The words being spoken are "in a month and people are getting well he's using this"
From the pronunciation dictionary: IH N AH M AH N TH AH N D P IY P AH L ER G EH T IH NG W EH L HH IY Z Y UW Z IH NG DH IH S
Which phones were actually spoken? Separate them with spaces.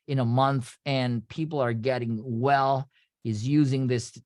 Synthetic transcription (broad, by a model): IH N AH M AH N TH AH N P IY P L ER G EH T IH NG W EH L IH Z Y UW Z IH NG DH IH S